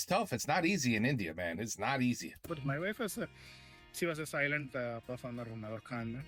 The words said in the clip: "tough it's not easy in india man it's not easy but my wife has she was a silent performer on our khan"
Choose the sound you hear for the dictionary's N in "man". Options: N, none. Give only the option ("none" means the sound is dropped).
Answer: N